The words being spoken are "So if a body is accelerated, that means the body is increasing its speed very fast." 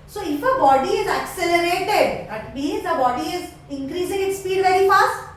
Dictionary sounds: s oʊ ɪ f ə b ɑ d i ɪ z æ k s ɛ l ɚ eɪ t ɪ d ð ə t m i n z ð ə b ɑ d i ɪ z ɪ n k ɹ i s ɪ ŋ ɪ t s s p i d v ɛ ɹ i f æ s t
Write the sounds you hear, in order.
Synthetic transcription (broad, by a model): s oʊ ɪ f ə b ɑ d i ɪ z æ k s ɛ l ɚ eɪ t ɪ d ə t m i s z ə b ɑ d i ɪ z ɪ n k ɹ i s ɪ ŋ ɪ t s s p i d v ɛ ɹ i f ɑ s t